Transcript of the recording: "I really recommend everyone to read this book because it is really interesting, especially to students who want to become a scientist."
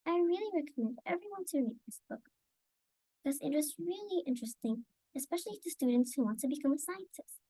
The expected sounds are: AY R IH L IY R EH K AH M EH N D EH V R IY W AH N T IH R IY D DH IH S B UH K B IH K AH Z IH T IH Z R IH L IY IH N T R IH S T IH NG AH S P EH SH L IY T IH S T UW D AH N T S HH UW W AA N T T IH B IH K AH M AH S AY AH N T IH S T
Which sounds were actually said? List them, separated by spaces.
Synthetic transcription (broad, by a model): AY R IH L IY R EH K AH M EH N D EH V R IY W AH N T IH R IY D DH IH S B UH K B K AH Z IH T IH Z R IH L IY IH N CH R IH S T IH NG AH S P EH SH L IY T IH S T UW D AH N T S HH UW W AA N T T IH B IH K AH M AH S AY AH N T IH S T